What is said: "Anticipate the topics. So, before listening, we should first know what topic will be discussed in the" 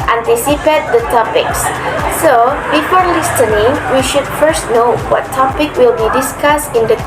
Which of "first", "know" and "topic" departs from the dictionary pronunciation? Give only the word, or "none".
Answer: none